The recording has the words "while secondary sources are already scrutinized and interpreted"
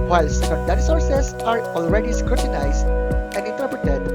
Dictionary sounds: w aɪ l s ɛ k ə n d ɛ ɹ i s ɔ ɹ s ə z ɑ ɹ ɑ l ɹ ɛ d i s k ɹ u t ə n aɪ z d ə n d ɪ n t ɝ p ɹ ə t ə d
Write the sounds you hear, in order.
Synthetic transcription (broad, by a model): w aɪ l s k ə d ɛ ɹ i s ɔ ɹ s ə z ɑ ɹ ɑ l ɹ ɛ d i s k ɹ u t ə n aɪ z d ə n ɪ n t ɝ p ɹ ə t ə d